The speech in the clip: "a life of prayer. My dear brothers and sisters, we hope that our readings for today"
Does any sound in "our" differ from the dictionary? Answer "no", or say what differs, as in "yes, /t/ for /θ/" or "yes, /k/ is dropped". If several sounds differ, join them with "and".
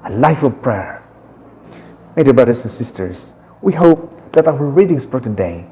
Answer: yes, /w/ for /ɹ/